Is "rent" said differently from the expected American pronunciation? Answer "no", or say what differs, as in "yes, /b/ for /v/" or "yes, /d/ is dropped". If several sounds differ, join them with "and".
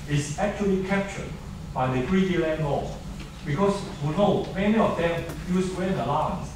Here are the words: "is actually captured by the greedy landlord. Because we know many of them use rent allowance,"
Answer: yes, /w/ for /ɹ/ and /t/ is dropped